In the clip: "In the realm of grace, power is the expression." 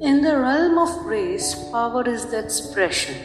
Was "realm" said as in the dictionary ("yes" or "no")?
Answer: yes